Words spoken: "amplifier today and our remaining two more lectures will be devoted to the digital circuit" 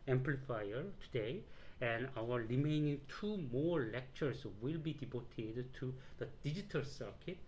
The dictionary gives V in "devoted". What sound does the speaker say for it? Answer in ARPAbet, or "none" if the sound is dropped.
B